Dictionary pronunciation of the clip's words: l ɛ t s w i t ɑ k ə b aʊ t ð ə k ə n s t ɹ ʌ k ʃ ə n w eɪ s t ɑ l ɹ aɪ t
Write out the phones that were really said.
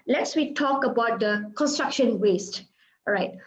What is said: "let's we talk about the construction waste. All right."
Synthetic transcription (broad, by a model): l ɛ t s w i t ɑ k ə b aʊ t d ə k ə n s t ɹ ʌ k ʃ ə n w eɪ s t ɹ aɪ t